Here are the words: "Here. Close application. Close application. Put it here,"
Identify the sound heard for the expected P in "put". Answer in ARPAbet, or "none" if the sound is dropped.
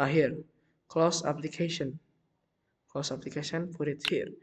F